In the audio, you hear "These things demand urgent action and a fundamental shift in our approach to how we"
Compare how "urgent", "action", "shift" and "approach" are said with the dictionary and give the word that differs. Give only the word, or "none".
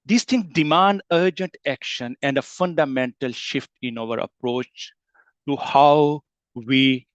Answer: none